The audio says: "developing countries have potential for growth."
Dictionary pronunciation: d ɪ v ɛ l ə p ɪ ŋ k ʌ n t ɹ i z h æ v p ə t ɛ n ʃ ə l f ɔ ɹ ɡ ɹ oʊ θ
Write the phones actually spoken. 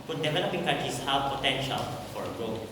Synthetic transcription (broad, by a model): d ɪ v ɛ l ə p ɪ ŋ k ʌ t i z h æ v p ə t ɛ n ʃ ə l f ɔ ɹ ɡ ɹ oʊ